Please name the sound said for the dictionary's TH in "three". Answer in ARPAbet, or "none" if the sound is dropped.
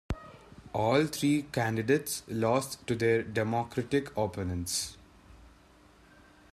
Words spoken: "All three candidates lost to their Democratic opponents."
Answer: T